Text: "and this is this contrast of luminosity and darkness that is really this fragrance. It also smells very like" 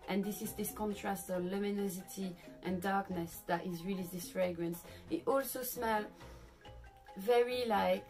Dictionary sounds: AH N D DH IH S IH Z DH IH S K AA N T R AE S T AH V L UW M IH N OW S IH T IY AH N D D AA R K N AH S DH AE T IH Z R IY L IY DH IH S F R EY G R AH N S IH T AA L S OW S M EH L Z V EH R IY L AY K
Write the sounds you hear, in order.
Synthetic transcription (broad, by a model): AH N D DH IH S IH Z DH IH S K AA N T R AE S T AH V L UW M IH N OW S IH T IY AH N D D AA R K N AH S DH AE T IH Z R IY L IY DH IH S F R EY G R AH N S IH T AA L S OW S M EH L V EH R IY L AY K